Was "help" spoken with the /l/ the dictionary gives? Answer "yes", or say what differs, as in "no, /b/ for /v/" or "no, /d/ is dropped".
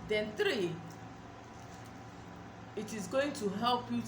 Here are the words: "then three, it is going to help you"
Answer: yes